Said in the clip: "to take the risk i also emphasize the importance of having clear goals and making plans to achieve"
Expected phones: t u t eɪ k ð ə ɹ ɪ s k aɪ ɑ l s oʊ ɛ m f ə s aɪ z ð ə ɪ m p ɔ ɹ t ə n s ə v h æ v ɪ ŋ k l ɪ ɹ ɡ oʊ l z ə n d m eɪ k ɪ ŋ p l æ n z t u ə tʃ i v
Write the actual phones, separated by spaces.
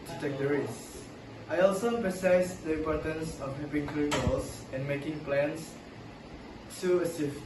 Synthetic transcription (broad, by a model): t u t eɪ k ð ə ɹ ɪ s aɪ ɑ l s oʊ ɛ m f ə s aɪ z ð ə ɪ m p ɔ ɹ t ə n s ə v h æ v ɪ ŋ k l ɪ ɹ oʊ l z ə n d m eɪ k ɪ ŋ p l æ n s t u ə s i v